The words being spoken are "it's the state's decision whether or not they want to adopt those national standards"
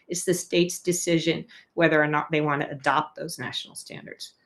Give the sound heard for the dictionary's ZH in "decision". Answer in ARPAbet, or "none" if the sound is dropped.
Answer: ZH